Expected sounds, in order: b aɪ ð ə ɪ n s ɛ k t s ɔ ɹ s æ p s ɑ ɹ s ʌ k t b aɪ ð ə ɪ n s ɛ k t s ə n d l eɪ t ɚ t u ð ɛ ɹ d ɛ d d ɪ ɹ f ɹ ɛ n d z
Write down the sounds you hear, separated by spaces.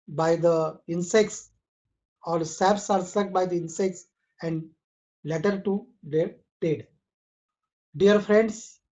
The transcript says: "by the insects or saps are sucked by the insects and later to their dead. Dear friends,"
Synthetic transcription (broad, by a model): b aɪ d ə ɪ n s ɛ k t s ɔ l s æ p s ɑ ɹ s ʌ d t b aɪ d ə ɪ n s ɛ k t s ə n d l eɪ t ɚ t u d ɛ ɹ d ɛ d d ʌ ɹ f ɹ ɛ n d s